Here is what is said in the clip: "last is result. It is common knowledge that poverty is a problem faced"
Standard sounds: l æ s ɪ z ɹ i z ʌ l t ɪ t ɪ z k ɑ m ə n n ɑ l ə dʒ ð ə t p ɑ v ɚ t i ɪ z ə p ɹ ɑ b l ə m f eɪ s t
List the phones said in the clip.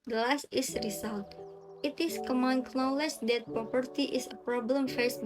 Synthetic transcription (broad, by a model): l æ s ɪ s ɹ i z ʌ l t ɪ t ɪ s k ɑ m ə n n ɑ l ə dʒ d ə t p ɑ p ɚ t i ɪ s ə p ɹ ɑ b l ə m f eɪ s